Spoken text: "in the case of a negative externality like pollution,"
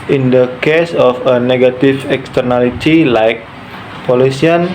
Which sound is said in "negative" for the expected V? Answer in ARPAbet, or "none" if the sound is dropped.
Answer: F